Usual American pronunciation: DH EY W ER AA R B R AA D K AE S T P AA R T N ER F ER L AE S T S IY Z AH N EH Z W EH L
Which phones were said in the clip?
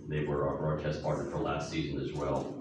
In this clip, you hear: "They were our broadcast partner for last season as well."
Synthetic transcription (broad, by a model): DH EY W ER R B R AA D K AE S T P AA R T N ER F ER L AE S T S IY Z AH N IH Z W EH L